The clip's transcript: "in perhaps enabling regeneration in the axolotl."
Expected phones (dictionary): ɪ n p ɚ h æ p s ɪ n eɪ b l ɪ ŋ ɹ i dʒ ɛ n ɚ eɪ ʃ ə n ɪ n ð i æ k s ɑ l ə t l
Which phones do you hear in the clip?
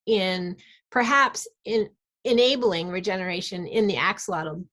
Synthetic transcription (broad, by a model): ɪ n p ɚ h æ p s ɪ n eɪ b l ɪ ŋ ɹ i dʒ ɛ n ɚ eɪ ʃ ə n ɪ n ð i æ k s l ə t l